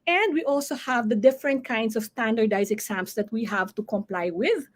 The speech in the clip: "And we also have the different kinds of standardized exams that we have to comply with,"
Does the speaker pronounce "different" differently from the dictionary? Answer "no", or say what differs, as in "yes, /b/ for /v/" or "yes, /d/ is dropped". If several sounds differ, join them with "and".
no